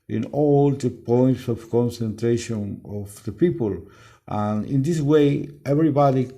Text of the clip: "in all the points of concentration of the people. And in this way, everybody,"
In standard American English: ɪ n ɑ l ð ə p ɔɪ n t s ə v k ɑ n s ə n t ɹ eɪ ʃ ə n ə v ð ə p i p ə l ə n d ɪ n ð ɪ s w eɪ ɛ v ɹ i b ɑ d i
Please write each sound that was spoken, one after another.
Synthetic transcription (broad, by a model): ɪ n ɑ l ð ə p ɔɪ n t s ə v k ɑ n s ə n t ɹ eɪ ʃ ə n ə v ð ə p i p ə l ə n ɪ n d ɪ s w eɪ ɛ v ɹ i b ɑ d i